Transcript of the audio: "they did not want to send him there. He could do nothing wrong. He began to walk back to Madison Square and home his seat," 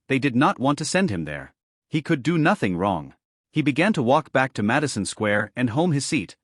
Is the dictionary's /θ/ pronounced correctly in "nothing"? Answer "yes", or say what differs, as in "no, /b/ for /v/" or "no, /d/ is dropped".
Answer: yes